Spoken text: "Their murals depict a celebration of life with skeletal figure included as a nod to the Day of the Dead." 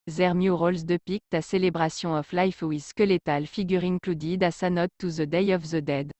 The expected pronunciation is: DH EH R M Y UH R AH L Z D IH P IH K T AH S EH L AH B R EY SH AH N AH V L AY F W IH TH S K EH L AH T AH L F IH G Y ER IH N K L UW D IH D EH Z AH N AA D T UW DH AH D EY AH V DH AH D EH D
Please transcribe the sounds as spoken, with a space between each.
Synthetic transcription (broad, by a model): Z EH R M Y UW R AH L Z D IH P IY K T AH S EH L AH B R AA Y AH AH F L AY F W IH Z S K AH L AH T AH L F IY G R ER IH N K L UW D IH D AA S AH N AA T UW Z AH D EY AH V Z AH D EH D